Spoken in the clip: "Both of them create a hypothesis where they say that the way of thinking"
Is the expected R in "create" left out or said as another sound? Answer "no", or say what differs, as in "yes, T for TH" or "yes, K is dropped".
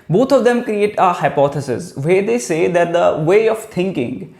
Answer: no